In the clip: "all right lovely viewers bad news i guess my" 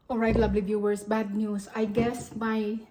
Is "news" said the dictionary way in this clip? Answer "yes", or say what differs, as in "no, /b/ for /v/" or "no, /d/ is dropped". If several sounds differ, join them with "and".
no, /s/ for /z/